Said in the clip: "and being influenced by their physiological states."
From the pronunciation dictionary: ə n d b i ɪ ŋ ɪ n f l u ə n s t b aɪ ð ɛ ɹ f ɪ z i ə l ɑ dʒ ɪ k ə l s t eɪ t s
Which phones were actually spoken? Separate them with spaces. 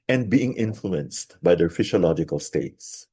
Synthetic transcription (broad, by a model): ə n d b i ɪ ŋ ɪ n f l u ə n s t b aɪ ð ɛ ɹ f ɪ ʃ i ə l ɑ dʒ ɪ k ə l s t eɪ t s